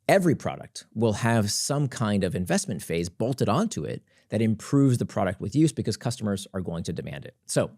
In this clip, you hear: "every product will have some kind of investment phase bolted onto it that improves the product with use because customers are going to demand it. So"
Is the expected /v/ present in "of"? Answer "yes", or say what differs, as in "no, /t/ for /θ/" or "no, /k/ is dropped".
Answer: yes